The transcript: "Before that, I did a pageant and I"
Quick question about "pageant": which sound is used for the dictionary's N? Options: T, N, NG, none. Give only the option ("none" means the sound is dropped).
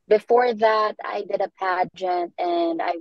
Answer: N